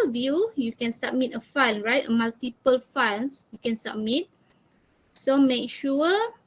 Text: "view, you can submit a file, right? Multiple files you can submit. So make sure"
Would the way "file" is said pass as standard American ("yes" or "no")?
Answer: no